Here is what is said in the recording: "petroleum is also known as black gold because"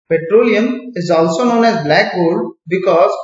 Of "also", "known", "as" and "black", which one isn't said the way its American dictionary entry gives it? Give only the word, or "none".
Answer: none